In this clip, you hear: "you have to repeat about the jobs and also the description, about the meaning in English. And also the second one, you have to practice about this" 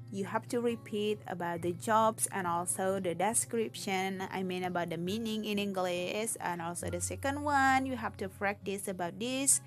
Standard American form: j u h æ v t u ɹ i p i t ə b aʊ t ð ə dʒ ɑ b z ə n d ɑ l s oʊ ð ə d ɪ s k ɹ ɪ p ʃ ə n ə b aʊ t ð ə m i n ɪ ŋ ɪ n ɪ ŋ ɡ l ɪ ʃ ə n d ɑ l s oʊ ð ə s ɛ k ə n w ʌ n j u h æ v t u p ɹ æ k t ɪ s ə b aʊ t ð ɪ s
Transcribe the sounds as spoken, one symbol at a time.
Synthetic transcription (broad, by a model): j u h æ f t u ɹ i p i t ə b aʊ t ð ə dʒ ɑ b s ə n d ɑ l s oʊ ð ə d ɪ s k ɹ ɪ p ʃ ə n ə b aʊ t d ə m i n ɪ ŋ ɪ n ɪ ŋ ɡ l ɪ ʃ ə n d ɑ l s oʊ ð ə s ɛ k ə n w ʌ n j u h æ f t u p ɹ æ k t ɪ s ə b aʊ t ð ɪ s